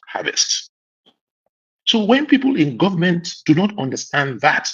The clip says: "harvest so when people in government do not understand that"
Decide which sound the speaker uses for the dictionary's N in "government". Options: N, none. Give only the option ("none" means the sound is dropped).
N